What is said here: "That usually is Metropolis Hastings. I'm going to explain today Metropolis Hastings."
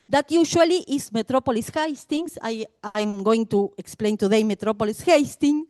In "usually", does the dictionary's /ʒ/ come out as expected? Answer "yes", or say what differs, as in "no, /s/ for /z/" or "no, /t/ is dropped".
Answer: no, /ʃ/ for /ʒ/